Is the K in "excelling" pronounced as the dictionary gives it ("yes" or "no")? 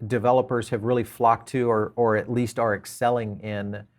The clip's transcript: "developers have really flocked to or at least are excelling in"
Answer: yes